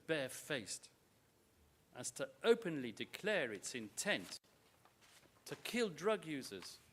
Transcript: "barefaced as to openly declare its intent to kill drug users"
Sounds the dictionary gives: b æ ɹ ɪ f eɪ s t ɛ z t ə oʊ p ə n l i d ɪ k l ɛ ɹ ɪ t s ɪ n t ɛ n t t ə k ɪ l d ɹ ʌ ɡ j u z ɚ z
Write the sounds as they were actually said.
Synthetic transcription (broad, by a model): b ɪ f eɪ s t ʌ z t ə oʊ p ə n l i d ɪ k l ɛ ɹ ɪ t s ɪ n t ɛ n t t ə k ɪ l d ɹ ʌ ɡ j u z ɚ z